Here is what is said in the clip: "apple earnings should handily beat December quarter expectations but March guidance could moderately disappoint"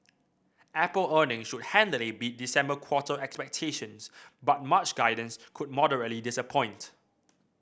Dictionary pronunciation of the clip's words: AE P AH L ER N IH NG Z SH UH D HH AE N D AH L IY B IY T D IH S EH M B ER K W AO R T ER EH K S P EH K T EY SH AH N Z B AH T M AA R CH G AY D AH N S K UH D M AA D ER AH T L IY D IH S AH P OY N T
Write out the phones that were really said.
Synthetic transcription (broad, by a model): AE P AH L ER N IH NG SH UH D HH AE N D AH L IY B IY T D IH S EH M B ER K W AO T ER EH K S P EH K T EY SH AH N S B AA T M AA CH G AY D AH N S K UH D M AA D ER AH T L IY D IH S AH P OY N T